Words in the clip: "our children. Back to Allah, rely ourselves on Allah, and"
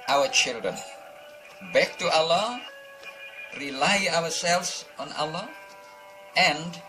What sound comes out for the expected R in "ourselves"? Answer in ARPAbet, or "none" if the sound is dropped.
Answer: W